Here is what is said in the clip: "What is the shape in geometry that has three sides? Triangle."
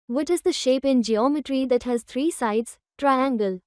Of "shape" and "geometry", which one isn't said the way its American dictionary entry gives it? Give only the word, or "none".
none